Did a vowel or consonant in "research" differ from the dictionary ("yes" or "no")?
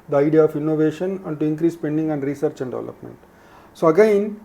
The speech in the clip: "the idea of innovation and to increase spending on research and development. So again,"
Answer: no